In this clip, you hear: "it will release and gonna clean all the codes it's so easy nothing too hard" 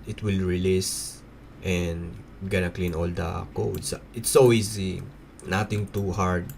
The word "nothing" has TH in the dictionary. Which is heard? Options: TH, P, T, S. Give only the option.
T